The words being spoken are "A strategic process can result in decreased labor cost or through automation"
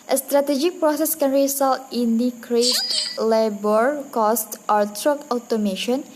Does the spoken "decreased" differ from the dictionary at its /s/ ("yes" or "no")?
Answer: yes